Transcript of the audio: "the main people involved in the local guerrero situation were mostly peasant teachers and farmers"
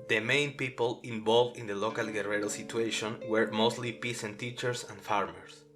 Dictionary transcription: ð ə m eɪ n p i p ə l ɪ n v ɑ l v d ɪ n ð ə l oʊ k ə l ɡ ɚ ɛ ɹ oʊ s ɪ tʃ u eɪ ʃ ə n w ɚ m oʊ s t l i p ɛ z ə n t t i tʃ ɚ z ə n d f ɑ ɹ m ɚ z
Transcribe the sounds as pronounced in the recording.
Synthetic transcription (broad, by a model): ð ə m eɪ n p i p ə l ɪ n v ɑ l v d ɪ n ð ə l oʊ k ə l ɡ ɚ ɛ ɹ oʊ s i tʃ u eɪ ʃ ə n w ɚ m oʊ s t l i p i s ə n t t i tʃ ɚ s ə n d f ɑ ɹ m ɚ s